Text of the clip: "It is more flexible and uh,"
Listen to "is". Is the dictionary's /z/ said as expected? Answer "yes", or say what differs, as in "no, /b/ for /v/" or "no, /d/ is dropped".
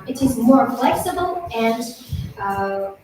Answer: yes